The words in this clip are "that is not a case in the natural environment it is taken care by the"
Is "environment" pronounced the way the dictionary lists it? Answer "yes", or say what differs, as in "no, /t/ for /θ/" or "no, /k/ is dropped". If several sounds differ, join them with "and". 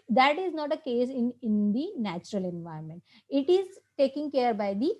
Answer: no, /ɹ/ is dropped